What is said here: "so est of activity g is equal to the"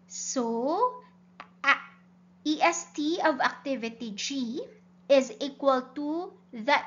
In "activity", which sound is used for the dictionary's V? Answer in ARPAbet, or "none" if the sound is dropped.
V